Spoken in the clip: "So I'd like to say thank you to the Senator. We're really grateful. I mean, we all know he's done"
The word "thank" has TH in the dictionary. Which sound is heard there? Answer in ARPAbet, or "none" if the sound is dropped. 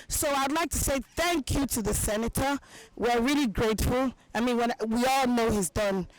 TH